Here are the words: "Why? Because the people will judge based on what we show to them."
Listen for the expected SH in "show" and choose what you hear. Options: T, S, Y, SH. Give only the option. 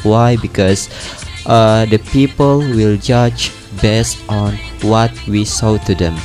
S